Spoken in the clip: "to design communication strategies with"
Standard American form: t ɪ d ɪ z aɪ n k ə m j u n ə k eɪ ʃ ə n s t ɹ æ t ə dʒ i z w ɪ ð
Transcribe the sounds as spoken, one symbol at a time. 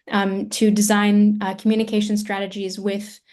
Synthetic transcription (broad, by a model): t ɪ d ɪ z aɪ n k m j u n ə k eɪ ʃ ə n s t ɹ æ t ə dʒ i z w ɪ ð